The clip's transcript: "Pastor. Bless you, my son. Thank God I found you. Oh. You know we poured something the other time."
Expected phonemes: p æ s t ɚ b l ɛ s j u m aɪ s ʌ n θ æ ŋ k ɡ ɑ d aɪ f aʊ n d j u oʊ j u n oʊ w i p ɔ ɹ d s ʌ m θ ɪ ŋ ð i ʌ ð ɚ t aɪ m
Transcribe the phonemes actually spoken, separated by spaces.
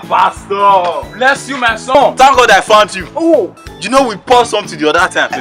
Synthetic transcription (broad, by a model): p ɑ s t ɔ b l ɛ s j u m aɪ s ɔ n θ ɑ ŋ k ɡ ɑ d aɪ f aʊ n d j u oʊ j u n oʊ w i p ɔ s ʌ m t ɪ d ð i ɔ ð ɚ t aɪ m